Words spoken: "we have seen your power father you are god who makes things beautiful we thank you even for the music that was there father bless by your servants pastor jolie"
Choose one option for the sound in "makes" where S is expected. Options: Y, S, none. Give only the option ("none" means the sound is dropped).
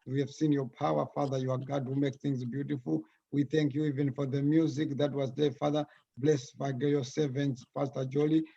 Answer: none